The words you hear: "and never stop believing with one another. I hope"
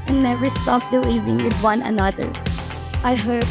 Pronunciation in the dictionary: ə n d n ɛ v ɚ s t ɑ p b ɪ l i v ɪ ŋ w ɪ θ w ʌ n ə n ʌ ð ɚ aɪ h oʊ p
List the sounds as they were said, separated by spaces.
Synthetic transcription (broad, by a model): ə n n ɛ v ɚ s t ɑ p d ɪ i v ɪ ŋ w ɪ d w ʌ n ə n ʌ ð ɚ aɪ h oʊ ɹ